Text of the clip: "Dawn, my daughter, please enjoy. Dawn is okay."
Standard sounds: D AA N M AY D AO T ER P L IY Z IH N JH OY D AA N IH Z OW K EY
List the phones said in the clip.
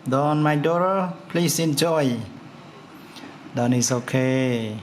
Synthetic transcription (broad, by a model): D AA N M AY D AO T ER P L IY S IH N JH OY D AA N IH S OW K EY